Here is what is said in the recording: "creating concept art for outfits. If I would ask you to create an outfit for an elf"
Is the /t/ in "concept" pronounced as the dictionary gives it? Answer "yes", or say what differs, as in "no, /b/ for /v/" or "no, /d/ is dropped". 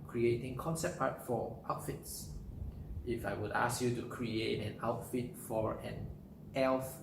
no, /t/ is dropped